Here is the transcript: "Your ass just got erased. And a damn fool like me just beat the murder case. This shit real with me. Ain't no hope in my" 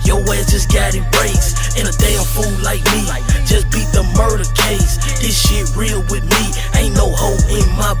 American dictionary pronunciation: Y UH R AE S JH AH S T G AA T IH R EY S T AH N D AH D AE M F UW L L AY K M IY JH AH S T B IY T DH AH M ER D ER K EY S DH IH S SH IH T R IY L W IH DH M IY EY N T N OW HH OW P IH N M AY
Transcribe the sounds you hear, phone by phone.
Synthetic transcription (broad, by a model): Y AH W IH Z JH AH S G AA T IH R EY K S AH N AH D AE M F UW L L AY K M IY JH AH S B IY T DH AH M ER D ER K EY S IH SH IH R IY L W IH DH M IY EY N N OW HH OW IH N M AY